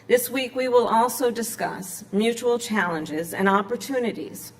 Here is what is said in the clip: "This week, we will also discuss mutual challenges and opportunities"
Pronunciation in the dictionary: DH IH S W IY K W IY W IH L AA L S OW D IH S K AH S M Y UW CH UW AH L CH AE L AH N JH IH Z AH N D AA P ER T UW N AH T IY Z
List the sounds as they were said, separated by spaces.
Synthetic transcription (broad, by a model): DH IH S W IY K W IY W IH L AA L S OW D IH S K AH S M Y UW CH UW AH L CH AE L AH N JH IH Z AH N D AA P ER T UW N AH T IY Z